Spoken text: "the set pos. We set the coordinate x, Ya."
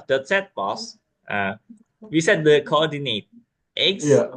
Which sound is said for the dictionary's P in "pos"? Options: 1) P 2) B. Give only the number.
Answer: 2